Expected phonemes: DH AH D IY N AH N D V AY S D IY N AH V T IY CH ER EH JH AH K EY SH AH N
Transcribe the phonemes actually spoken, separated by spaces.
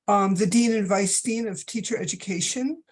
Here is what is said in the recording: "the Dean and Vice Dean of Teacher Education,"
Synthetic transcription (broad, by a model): DH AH D IY N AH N V AY S D IY N AH V T IY CH ER EH JH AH K EY SH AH N